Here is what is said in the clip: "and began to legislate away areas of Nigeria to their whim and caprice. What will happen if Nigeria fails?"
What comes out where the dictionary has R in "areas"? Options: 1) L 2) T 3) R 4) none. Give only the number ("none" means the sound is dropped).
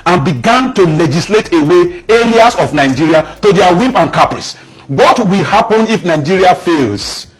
1